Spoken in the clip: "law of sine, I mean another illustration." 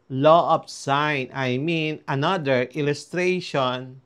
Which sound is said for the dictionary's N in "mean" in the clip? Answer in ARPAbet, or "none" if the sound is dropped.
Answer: N